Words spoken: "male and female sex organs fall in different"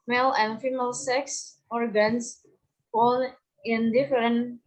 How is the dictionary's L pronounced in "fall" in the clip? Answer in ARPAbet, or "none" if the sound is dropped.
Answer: N